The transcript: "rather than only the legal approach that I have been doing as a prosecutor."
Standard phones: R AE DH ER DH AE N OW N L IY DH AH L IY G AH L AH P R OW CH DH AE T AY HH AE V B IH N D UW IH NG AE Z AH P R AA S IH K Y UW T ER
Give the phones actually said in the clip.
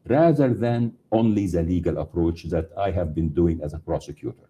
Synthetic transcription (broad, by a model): R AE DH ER DH AE N OW N L IY DH AH L IY G AH L AH P R OW CH DH AE T AY HH AE V B IH N D UW IH NG AE Z AH P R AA S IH K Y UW T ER